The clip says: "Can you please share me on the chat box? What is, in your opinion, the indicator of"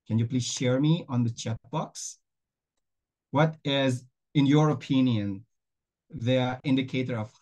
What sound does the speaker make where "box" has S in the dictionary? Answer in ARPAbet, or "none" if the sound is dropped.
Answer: S